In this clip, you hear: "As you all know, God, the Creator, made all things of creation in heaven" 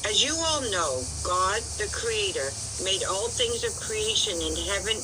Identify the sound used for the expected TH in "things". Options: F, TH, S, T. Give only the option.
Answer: TH